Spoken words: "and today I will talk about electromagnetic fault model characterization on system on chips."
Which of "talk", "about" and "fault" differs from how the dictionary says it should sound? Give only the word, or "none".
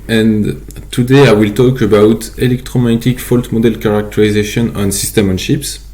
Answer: none